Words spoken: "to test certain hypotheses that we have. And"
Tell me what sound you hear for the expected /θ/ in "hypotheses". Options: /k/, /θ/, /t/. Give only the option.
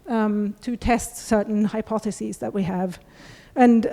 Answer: /θ/